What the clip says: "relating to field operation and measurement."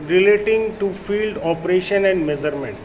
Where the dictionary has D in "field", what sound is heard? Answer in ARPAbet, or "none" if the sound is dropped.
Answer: D